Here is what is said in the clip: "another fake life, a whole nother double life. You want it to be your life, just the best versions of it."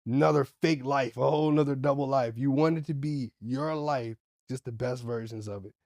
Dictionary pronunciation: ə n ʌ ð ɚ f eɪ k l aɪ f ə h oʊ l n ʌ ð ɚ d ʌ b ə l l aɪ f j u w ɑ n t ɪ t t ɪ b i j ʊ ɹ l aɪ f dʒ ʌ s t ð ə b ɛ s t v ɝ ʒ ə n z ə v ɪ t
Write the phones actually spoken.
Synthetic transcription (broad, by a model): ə n ʌ ð ɚ f eɪ k l aɪ f ə h oʊ l n ʌ ð ɚ d ʌ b l l aɪ f j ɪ w ɑ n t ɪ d t ɪ b i j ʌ ɹ l aɪ f dʒ ʌ s t ð ə b ɛ s t v ɝ ʒ ə n z ə v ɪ t